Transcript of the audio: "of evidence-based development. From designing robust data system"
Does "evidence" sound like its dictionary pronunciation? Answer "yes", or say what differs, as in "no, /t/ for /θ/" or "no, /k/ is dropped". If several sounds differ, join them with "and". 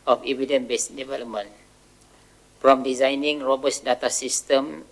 no, /s/ is dropped